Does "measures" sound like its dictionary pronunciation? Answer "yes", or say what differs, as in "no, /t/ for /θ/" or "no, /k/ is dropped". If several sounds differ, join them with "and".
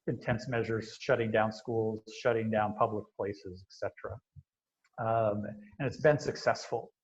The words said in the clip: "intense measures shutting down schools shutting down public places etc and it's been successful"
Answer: yes